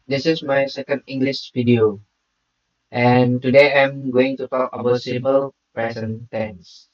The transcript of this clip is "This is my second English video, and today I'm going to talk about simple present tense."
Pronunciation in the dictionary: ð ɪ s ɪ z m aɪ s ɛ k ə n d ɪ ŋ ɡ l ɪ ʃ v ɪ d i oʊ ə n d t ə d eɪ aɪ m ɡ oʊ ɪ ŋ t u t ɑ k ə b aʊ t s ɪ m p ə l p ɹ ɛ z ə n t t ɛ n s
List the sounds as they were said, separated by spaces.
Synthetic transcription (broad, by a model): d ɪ s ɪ s m aɪ s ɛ k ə n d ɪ ŋ ɡ l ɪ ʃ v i d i oʊ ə n t ə d eɪ aɪ m ɡ oʊ ɪ ŋ t u t ɑ k ə b aʊ t s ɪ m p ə l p ɹ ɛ s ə n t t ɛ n s